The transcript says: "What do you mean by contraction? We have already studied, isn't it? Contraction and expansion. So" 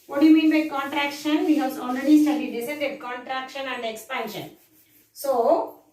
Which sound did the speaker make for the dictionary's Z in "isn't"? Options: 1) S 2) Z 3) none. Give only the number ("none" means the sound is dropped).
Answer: 1